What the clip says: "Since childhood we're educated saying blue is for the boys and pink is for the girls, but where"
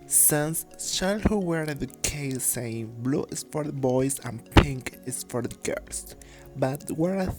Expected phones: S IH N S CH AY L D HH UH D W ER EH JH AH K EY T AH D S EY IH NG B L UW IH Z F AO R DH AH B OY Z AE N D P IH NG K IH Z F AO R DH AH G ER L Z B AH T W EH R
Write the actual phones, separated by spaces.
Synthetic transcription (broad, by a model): S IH N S SH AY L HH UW W ER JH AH K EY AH S EY IH NG B L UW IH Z F AO R DH AH B OY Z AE N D P IH NG K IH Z F AO R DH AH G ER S B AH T W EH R